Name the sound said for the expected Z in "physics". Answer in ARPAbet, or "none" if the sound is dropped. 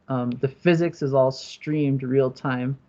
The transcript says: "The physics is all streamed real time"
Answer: Z